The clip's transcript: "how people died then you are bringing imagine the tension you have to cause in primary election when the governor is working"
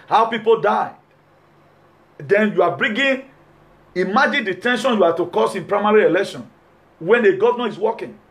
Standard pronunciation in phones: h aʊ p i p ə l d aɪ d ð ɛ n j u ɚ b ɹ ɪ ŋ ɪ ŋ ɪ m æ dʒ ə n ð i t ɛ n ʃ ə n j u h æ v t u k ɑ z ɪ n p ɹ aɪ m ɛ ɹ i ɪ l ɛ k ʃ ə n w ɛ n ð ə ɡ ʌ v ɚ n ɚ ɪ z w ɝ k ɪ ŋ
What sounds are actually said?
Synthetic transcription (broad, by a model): h aʊ p i p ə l d aɪ d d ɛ n j u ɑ b ɹ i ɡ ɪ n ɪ m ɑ dʒ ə n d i t ɛ n ʃ ə n j u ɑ t u k ɑ s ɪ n p ɹ aɪ m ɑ ɹ i ɪ l ɛ k ʃ ə n w ɛ n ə ɡ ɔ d n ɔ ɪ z w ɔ k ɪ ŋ